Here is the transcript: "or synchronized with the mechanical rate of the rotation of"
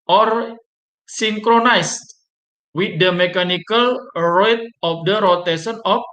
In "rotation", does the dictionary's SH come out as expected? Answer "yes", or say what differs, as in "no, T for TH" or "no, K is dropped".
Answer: no, S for SH